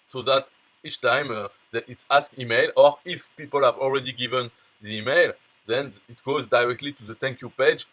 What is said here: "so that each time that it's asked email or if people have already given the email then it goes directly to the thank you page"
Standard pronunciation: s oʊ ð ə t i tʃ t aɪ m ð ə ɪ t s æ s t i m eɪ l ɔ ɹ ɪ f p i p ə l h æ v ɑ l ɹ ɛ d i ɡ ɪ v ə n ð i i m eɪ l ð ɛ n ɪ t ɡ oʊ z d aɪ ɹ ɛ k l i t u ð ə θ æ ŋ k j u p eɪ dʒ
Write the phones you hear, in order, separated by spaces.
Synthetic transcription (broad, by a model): s oʊ ð ə t i tʃ t aɪ m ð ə ɪ t s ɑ s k i m eɪ l ɔ ɹ ɪ f p i p ə l h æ v ɑ l ɹ ɛ d i ɡ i v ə n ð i i m eɪ l ð ɛ n ɪ t ɡ oʊ z d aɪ ɹ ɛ k l i t u ð ə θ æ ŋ k j u p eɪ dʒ